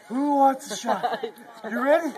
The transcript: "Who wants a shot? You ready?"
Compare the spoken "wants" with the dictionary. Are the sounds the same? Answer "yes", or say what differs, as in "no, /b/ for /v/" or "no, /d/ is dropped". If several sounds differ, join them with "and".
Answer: no, /n/ is dropped